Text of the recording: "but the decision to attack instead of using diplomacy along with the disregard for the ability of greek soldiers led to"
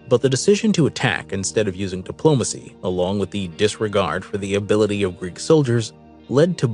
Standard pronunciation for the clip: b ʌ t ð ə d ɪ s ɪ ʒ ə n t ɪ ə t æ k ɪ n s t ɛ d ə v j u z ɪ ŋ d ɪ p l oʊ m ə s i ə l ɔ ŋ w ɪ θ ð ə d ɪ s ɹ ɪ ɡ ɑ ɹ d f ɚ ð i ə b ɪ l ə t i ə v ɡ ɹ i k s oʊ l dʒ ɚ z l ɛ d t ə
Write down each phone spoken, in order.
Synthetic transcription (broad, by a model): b ʌ t ð ə d ɪ s ɪ ʒ ə n t ɪ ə t æ k ɪ n s t ɛ d ə v j u z ɪ ŋ d ɪ p l oʊ m ə s i ə l ɔ ŋ w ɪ ð ə d ɪ s ɹ ɪ ɡ ɑ ɹ d f ɚ ð i ə b ɪ l ə t i ə v ɡ ɹ i k s oʊ l dʒ ɚ z l ɛ d t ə